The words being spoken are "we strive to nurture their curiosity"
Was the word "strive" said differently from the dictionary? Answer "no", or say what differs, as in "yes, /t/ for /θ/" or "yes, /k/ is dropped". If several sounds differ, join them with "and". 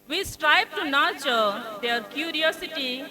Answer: yes, /b/ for /v/